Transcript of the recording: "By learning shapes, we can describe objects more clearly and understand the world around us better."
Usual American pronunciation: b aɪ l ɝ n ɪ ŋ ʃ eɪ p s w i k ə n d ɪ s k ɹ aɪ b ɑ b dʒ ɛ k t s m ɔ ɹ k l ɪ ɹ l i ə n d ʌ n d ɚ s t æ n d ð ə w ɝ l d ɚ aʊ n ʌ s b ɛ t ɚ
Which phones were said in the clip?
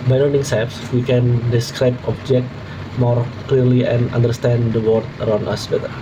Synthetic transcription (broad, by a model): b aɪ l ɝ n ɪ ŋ s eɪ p s w i k ə n d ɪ s k ɹ aɪ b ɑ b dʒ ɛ k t m ɔ ɹ k l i ɹ l i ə n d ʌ n d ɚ s t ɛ n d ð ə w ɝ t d ɚ aʊ n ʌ s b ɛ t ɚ